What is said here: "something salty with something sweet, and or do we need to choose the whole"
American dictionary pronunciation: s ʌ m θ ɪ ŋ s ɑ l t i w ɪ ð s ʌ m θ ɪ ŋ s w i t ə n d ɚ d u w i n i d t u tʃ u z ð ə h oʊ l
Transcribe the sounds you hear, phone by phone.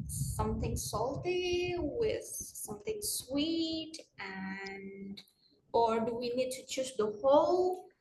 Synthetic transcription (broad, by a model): s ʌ m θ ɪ ŋ s ɑ l t i w ɪ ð s ʌ m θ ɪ ŋ s w i t ə n d ɚ d u w i n i d t u tʃ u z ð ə h oʊ l